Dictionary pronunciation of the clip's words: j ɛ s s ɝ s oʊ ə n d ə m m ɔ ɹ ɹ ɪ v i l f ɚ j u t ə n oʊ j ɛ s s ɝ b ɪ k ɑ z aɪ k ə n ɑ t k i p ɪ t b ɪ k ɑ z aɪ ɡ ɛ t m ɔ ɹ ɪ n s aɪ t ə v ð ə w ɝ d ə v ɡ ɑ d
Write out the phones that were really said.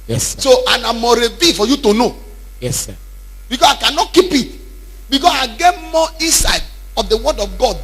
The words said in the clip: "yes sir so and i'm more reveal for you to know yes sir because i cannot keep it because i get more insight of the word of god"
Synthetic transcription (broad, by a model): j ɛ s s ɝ s oʊ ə n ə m m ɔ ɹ ɹ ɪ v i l f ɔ j u t ə n oʊ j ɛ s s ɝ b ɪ k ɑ s aɪ k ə n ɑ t k i p ɪ t b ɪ k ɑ s aɪ ɡ ɛ t m ɔ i s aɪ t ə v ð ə w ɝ d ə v ɡ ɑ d